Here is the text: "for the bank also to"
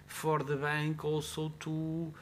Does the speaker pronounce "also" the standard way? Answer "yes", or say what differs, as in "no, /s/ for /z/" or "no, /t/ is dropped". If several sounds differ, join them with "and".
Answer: no, /w/ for /l/